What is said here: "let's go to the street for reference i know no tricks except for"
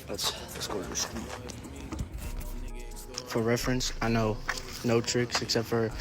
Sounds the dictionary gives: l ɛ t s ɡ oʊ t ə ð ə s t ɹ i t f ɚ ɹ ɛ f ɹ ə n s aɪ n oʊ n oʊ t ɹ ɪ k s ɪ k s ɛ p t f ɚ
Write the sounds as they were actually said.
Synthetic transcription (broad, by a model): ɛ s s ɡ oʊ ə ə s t i f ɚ ɹ ɛ f ɹ ə n s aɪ n oʊ n oʊ t ɹ ɪ k s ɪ k s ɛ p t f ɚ